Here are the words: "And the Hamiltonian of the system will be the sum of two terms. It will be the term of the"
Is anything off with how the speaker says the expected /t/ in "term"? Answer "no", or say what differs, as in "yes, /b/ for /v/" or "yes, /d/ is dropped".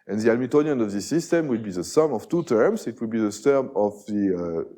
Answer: yes, /s/ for /t/